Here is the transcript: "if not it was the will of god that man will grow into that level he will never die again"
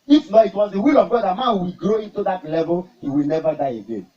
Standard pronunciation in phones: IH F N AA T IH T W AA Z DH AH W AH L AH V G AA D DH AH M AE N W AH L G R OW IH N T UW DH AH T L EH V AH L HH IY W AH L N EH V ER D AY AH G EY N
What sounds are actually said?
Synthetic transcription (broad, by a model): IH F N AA IH T W AA Z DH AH W AH L AH V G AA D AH M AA N W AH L G R OW IH N T UW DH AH T L EH V AH L HH IY W AH L N EH V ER D AY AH G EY N